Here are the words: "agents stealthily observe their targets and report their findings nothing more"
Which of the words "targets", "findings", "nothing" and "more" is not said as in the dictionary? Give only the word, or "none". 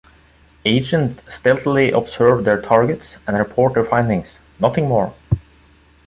findings